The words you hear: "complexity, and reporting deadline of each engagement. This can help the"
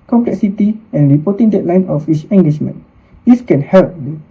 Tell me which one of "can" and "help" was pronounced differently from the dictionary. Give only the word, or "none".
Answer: none